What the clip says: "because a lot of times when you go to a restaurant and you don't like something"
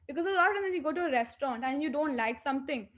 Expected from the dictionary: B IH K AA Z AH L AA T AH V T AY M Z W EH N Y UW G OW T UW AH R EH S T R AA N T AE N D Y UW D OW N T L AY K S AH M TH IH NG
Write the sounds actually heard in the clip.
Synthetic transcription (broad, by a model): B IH K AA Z AH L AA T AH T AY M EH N Y UW G OW T UW AH R EH S T R AA N T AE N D Y UW D OW N T L AY K S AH M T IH NG